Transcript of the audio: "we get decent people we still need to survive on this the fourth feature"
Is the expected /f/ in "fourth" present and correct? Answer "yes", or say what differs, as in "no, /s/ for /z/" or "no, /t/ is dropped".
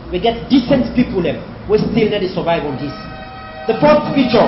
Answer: no, /p/ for /f/